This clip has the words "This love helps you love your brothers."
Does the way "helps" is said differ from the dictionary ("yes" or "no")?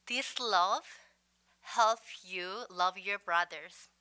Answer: yes